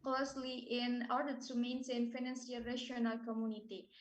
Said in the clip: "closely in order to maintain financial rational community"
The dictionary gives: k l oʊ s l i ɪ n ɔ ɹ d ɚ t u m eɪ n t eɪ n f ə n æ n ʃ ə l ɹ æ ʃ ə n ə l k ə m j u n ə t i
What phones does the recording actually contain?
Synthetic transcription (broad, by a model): k l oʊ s l i ɪ n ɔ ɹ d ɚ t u m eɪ n s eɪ n f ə n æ n s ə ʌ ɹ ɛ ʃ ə n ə l k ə m j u n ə t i